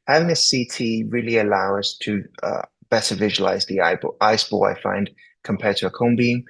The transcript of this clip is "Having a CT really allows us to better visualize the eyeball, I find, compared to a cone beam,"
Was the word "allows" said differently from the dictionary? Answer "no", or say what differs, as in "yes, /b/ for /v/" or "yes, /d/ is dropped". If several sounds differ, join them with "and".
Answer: yes, /z/ is dropped